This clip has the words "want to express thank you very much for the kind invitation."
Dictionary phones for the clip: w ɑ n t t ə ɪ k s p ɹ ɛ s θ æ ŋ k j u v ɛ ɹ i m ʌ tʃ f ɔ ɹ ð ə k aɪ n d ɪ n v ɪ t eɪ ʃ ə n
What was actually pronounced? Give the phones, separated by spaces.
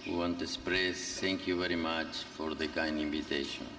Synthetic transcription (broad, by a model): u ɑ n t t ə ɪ s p ɹ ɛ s t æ ŋ k j u v ɛ ɹ i m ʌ tʃ f ɔ ɹ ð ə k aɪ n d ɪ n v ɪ t eɪ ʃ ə n